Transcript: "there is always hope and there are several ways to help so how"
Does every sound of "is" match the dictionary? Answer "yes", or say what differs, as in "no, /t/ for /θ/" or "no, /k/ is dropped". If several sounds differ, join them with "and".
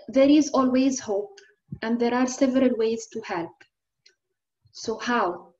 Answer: yes